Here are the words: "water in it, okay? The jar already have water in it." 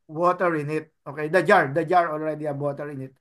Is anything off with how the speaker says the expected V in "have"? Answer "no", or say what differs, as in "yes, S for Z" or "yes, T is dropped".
yes, B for V